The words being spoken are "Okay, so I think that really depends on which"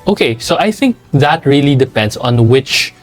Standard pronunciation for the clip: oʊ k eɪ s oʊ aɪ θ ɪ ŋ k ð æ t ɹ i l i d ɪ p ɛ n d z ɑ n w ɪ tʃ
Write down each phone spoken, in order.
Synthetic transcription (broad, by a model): oʊ k eɪ s oʊ aɪ θ ɪ ŋ k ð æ t ɹ i l i d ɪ p ɛ n d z ɑ n w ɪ tʃ